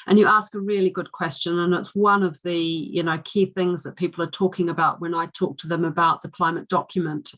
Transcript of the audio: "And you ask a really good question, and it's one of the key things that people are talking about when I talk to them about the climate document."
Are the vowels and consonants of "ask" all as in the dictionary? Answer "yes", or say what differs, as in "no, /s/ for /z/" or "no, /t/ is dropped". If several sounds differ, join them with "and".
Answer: yes